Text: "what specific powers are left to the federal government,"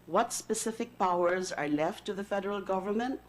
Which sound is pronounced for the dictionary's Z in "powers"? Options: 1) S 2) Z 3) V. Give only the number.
2